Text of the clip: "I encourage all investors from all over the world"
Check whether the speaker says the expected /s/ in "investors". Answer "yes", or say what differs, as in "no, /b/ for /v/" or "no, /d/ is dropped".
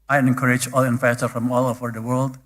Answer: no, /s/ is dropped